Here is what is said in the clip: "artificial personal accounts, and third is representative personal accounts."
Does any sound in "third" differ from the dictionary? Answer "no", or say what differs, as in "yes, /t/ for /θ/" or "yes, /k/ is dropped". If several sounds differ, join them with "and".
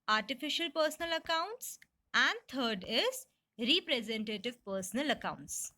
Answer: yes, /t/ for /θ/